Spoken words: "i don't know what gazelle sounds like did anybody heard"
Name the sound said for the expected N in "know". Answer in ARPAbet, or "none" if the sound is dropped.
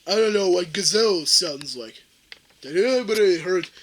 N